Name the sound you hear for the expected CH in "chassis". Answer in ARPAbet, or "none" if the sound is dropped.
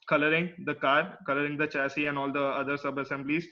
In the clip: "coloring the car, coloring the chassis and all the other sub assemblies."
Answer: CH